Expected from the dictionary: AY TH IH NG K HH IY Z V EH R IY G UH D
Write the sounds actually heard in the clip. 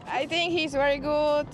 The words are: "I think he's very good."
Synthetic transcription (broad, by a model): AY T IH NG K HH IY Z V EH R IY G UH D